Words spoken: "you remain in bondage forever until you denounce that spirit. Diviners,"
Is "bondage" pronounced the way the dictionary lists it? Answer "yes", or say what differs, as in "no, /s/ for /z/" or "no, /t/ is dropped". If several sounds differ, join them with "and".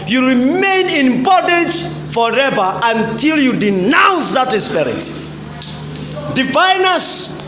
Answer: no, /n/ is dropped